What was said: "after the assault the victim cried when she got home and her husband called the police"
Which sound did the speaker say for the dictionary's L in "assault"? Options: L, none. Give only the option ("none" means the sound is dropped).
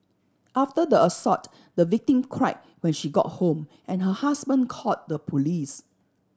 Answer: none